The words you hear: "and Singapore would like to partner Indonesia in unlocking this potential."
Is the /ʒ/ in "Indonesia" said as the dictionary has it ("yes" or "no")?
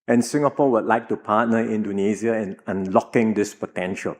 no